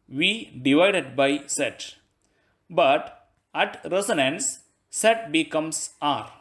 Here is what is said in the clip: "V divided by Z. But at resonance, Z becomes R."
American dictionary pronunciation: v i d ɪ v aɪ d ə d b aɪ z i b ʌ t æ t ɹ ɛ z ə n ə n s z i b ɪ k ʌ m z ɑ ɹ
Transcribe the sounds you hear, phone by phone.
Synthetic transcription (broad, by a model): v i d ɪ v aɪ d ə d b aɪ s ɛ b ʌ t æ t ɹ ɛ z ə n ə n s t b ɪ k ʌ m s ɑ ɹ